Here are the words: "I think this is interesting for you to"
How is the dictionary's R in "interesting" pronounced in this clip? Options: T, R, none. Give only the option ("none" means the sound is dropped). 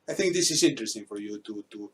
R